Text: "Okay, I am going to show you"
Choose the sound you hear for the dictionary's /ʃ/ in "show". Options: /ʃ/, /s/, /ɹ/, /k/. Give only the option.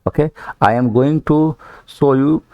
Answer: /s/